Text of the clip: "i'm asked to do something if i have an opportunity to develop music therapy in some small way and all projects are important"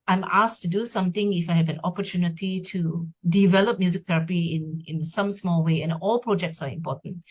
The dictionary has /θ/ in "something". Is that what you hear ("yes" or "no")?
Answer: no